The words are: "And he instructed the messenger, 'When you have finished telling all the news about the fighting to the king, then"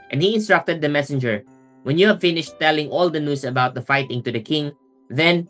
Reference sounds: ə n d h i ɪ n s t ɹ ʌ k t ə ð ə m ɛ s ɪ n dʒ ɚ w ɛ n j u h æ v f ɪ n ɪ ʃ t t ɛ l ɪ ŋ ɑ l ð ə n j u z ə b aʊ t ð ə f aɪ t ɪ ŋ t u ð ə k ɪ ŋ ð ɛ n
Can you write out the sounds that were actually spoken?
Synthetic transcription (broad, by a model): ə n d h i ɪ n s t ɹ ʌ k t ə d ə m ɛ s ɪ n dʒ ɚ w ɛ n j u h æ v f ɪ n ɪ ʃ t t ɛ l ɪ ŋ ɑ l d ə n j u s ə b aʊ t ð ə f aɪ t ɪ ŋ t u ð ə k ɪ ŋ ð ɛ n